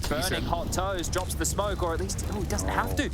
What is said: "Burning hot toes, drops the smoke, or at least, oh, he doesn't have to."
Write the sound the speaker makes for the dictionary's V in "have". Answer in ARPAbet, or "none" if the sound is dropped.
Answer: F